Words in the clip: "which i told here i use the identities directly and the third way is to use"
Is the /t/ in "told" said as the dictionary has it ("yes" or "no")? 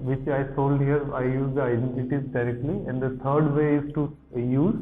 no